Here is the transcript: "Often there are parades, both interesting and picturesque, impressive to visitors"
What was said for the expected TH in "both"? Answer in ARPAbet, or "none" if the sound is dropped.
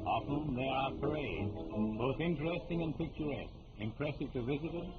TH